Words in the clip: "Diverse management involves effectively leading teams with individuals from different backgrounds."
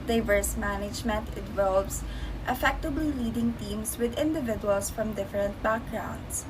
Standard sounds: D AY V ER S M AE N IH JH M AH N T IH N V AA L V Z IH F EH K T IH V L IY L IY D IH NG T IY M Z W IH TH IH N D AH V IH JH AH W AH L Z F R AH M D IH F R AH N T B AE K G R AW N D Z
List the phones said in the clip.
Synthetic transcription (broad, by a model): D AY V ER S M AE N IH JH M AH N T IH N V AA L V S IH F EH K T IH B L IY L IY D IH NG T IY M S W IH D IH N D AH V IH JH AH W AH L S F R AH M D IH F R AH N T B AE K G R AW N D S